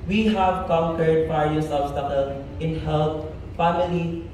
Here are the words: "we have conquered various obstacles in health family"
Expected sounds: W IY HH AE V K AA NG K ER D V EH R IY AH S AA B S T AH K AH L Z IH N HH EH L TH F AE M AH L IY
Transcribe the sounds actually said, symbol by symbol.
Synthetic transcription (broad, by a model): W IY HH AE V K AA NG K ER D F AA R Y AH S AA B S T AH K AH L IH N HH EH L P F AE M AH L IY